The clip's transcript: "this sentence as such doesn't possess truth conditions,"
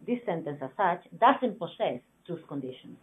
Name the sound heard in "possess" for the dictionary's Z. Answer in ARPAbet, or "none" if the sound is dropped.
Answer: S